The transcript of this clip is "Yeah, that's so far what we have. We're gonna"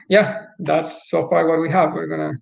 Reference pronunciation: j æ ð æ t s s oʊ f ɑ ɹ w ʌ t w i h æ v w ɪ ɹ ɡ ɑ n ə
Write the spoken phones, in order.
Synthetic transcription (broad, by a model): j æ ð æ t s s oʊ f ɑ ɹ w ʌ t w i h æ v w ɪ ɹ ɡ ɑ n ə